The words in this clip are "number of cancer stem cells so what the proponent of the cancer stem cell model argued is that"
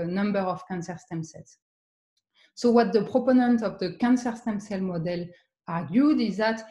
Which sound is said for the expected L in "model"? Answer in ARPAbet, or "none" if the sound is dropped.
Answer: L